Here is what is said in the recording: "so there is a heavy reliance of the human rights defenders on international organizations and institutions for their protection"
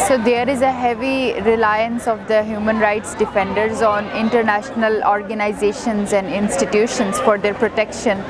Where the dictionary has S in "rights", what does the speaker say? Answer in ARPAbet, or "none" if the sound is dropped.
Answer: S